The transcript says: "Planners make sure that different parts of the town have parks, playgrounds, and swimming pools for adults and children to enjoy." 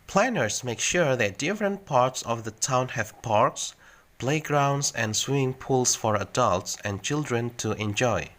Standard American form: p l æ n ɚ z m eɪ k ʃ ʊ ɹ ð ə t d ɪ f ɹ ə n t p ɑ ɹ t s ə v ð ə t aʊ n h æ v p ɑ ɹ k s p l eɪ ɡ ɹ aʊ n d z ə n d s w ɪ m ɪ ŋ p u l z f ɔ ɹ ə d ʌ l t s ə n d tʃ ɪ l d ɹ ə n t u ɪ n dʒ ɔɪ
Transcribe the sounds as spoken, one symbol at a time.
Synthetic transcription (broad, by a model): p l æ n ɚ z m eɪ k ʃ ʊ ɹ ð ə t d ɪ f ɹ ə n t p ɑ ɹ t s ə v ð ə t aʊ n h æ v p ɑ ɹ k s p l eɪ ɡ ɹ aʊ n d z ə n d s w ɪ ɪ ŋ p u l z f ɔ ɹ ə d ʌ l t s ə n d tʃ ɪ l d ɹ ə n t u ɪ n dʒ ɔɪ